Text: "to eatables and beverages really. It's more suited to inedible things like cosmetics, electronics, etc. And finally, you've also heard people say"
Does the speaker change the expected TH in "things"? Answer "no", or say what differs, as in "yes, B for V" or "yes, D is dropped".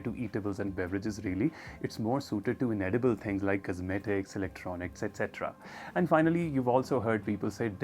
yes, T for TH